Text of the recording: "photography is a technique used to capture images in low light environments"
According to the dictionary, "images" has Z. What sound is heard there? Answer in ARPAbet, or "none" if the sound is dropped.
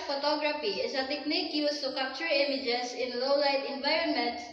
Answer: S